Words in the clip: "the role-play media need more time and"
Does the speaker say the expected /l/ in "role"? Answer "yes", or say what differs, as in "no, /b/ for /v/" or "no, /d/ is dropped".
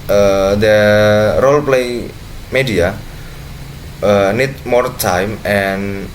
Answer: yes